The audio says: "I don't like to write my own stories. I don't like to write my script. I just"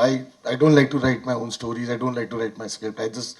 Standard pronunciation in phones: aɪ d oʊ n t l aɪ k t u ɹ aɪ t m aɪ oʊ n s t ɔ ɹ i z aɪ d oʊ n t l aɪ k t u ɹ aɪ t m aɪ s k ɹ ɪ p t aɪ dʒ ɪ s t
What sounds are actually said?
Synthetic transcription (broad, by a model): aɪ d oʊ n t l aɪ k t u ɹ aɪ t m aɪ oʊ n s t ɔ ɹ i z aɪ d oʊ n t l aɪ k t u ɹ aɪ t m aɪ s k ɪ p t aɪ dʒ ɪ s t